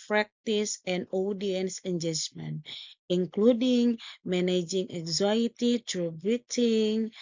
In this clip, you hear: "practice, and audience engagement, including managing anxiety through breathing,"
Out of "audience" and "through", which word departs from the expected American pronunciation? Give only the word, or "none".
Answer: through